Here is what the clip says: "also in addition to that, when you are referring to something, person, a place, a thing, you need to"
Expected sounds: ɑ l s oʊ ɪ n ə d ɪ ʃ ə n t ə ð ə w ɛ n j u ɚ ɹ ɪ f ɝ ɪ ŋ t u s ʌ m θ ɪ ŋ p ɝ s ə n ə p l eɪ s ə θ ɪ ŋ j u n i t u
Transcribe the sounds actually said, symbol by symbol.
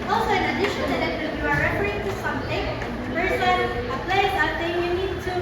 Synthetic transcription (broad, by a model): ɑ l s oʊ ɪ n ə d ɪ ʃ ə n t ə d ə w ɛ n j u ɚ ɹ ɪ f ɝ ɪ t u s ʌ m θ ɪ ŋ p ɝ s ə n ə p l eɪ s ə t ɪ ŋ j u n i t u